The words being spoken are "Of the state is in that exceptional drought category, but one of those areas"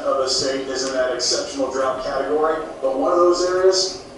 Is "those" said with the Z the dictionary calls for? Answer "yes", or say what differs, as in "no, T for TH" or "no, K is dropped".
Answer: yes